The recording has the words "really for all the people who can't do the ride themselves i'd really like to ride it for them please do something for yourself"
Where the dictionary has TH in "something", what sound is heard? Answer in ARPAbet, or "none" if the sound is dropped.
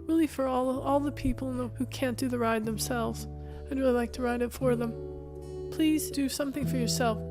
TH